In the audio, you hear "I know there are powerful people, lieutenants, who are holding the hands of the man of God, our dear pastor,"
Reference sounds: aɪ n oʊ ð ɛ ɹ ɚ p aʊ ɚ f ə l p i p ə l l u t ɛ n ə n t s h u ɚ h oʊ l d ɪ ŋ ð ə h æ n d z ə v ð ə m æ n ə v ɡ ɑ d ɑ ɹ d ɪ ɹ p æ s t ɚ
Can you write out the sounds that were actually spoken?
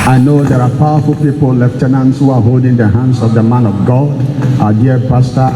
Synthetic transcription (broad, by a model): aɪ n oʊ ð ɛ ɹ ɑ p aʊ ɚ f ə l p i p ə l l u t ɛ n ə n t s h u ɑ h oʊ l d ɪ ŋ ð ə h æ n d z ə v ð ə m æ n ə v ɡ ɑ d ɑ d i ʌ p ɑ s t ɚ